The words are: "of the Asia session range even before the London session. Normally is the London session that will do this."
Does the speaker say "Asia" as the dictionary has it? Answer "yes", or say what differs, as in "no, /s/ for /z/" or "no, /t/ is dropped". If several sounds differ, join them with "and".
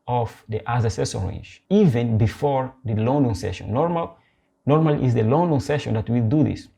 no, /z/ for /ʒ/